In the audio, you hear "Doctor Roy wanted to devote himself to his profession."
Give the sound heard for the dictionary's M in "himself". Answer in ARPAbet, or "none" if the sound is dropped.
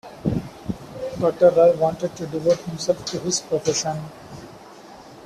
M